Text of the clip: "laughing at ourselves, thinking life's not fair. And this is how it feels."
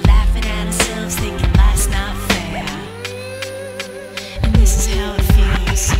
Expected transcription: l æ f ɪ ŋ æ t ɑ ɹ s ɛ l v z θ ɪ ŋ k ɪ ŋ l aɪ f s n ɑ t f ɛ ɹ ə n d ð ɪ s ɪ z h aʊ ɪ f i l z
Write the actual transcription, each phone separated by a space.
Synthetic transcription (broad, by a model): l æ f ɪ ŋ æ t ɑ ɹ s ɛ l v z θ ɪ k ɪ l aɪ s n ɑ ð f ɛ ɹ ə n ð ɪ s ɪ z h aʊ ɪ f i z